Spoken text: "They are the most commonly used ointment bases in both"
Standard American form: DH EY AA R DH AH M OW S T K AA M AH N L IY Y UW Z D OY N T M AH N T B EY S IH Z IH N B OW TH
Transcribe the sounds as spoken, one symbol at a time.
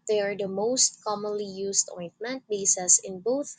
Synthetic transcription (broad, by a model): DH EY AA R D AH M OW S T K AA M AH N L IY Y UW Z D OY N T M AH N T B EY S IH S IH N B OW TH